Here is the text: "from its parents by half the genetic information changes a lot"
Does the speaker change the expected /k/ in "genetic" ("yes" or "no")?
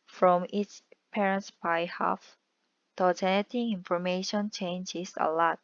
yes